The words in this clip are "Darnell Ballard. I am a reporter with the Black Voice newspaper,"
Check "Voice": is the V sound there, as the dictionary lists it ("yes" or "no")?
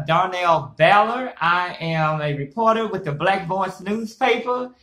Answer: no